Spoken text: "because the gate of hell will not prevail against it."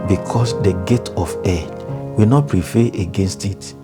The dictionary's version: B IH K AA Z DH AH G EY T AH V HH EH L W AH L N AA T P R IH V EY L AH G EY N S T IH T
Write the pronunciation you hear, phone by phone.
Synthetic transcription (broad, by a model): B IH K AA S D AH G EY T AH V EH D W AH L N AA T P R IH F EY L AH G EY N S T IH T